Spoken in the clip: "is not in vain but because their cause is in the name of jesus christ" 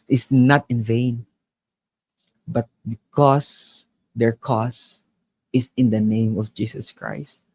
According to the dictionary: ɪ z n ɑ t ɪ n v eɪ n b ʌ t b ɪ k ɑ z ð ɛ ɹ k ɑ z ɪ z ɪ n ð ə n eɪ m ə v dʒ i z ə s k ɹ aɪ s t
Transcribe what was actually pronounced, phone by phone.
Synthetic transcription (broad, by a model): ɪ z n ɑ t ɪ n v eɪ n b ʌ t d k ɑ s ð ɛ ɹ k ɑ s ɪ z ɪ n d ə n eɪ m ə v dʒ i s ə s k ɹ aɪ s t